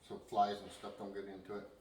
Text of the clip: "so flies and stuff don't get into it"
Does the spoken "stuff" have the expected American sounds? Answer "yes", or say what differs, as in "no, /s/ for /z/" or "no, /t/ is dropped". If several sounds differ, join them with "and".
no, /p/ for /f/